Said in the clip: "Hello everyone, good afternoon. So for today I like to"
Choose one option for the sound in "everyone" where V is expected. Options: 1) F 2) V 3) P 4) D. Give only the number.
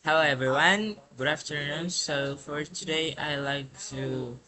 2